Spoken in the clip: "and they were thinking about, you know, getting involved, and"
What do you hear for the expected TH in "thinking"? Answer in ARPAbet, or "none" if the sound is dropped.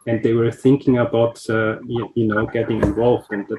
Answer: TH